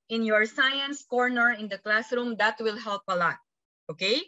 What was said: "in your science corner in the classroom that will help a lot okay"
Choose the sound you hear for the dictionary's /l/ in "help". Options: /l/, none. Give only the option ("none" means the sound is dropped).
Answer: /l/